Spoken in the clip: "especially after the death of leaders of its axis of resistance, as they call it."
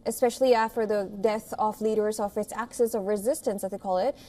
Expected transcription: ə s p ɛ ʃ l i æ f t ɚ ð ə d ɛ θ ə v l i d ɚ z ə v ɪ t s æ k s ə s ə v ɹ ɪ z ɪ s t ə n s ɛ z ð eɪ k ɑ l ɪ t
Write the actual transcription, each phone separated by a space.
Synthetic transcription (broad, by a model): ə s p ɛ ʃ l i æ f t ɚ ð ə d ɛ θ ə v l i d ɚ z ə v ɪ t s æ k s ə s ə v ɹ ɪ z ɪ s t ə n s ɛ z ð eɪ k ɑ l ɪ t